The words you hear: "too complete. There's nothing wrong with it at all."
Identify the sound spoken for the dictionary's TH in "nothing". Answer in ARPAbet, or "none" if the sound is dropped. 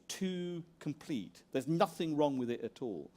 TH